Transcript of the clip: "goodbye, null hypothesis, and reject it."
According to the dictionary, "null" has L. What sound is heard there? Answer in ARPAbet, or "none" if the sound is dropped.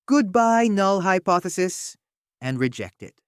L